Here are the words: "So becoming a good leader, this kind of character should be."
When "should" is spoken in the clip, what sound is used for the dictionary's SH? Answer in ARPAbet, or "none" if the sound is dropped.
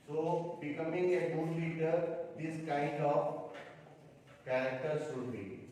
S